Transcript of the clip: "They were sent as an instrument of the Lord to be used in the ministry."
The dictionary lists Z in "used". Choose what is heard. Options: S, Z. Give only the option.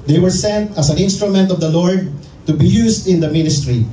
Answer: S